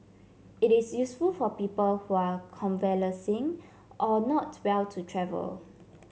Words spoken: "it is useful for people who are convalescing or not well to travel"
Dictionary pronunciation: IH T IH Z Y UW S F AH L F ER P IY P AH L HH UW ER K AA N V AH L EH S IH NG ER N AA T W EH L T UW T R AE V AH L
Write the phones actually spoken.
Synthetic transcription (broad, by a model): IH T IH S Y UW S F AH L F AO P IY P AH L HH UW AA K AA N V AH L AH S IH NG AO N AA T W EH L T UW T R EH V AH L